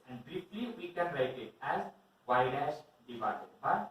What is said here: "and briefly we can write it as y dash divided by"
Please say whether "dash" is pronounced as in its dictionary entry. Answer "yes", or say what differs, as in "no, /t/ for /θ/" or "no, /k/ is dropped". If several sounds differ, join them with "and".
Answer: no, /s/ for /ʃ/